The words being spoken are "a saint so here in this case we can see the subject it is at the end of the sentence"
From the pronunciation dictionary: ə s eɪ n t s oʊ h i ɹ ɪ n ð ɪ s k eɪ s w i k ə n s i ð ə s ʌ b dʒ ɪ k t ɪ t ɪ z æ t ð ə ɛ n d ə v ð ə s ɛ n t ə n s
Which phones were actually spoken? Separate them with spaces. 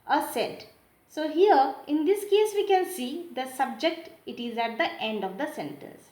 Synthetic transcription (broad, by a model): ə s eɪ t s oʊ h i ɹ ɪ n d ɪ s k eɪ s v i k ə n s i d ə s ʌ b dʒ ɪ k t ɪ t ɪ z æ t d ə ɛ n d ə v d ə s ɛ n t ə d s